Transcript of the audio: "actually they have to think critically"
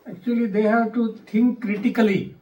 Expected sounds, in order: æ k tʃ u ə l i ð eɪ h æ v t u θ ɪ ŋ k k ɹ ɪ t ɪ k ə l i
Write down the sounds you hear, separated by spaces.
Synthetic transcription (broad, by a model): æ k tʃ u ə l i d eɪ h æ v t u t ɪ ŋ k k ɹ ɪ t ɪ k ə l i